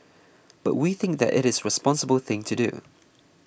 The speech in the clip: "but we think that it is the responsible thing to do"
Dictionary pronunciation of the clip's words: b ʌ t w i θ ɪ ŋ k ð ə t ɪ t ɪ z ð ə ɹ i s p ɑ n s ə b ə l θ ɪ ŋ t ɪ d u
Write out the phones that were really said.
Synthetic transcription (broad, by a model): b ʌ t w i θ ɪ ŋ k ð ə t ɪ t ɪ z ɹ i s p ɑ n s ə b ə l θ ɪ ŋ t ɪ d u